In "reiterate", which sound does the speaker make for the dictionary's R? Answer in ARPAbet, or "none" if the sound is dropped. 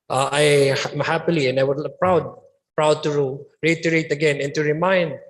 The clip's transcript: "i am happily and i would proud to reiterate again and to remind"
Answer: R